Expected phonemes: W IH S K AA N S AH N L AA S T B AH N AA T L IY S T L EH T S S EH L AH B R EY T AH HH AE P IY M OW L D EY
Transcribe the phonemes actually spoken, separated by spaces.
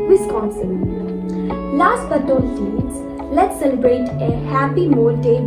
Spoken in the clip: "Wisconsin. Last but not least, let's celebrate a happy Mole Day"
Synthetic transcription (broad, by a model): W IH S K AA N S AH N L AA S T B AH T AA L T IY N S L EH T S S EH L AH B R EY T AH HH AE P IY M OW L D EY